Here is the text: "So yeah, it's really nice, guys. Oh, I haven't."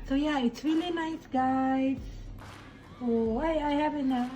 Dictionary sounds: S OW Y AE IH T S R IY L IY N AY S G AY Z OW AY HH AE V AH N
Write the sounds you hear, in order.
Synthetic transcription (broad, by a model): S OW Y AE IH T S W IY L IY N AY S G AY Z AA AY HH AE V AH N